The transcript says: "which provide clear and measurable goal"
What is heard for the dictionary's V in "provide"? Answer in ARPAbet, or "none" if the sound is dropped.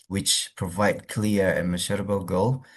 V